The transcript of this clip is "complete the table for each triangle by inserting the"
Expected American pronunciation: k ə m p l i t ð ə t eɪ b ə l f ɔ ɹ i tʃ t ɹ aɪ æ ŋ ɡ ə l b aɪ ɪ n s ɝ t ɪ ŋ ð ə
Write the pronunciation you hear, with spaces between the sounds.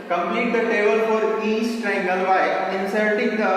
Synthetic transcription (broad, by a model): k ə m p l i t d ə t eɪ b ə l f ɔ ɹ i s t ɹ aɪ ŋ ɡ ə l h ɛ ɪ n s ɝ t ɪ ŋ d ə